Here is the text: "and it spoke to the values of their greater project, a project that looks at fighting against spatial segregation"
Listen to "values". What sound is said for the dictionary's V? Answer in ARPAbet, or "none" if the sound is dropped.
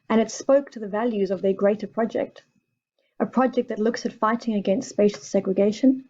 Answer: V